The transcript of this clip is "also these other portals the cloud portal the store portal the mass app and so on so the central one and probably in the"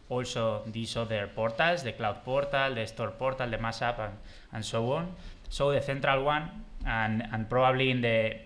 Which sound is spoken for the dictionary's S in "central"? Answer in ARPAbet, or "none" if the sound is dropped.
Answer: TH